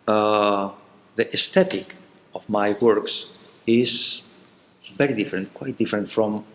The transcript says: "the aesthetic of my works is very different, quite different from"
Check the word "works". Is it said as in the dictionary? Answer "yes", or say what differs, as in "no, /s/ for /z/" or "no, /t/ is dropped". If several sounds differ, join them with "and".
yes